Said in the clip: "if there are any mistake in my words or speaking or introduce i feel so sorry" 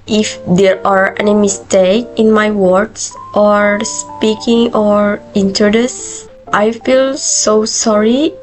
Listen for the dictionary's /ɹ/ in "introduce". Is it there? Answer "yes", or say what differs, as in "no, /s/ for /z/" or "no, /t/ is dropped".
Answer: no, /ɹ/ is dropped